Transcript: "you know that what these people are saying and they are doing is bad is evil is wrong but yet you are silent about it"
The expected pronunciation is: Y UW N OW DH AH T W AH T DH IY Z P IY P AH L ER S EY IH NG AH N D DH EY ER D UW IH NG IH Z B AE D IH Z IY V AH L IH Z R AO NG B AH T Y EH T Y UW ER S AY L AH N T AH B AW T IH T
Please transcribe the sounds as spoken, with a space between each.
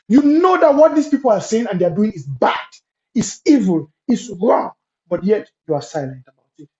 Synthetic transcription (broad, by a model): Y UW N OW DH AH T W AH T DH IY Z P IY P AH L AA S EY IH NG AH N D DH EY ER D UW IH NG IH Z B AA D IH S IY V AH L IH S R AO NG B AH T Y EH T Y UW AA S AY L AH N T AH B AW T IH T